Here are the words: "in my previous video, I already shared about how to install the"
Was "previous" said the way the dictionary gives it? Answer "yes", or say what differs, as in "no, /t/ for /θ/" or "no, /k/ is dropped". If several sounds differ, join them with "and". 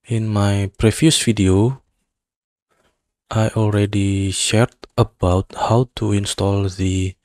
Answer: no, /f/ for /v/